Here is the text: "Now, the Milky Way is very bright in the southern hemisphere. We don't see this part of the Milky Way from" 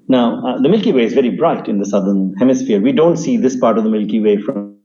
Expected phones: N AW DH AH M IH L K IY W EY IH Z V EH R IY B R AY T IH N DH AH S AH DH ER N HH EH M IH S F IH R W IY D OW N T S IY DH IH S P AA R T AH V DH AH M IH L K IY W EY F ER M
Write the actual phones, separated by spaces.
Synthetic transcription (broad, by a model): N AW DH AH M IH L K IY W EY IH Z V EH R IY B R AY T IH N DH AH S AH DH ER N HH EH M IH S F IH R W IY D OW N T S IY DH IH S P AA R T AH V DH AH M IH L K IY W EY F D